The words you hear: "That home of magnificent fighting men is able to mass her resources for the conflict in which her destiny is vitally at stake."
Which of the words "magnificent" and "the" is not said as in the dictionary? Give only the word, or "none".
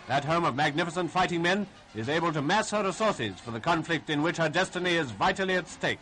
none